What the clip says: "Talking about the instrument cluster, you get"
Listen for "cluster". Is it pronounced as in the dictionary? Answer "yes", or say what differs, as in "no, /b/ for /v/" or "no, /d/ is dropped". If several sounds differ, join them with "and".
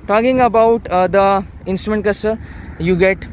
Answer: no, /l/ is dropped